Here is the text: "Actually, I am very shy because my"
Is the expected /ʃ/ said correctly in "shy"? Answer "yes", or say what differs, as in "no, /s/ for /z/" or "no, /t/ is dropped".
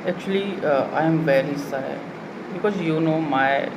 no, /s/ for /ʃ/